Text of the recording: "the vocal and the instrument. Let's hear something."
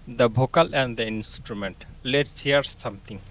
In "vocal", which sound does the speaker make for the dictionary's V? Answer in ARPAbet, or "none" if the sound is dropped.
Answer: B